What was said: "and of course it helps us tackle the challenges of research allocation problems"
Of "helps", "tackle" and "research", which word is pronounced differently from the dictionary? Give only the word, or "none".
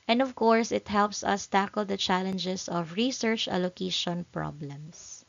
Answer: none